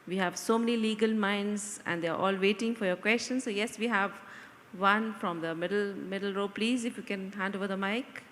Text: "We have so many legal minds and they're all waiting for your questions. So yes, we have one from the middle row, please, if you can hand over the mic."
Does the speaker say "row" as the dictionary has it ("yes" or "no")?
yes